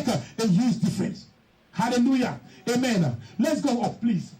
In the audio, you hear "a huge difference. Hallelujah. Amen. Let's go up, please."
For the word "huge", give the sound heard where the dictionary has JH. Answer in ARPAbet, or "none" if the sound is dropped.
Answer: Z